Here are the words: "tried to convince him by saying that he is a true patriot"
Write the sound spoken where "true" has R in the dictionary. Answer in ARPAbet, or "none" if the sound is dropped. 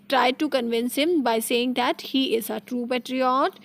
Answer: R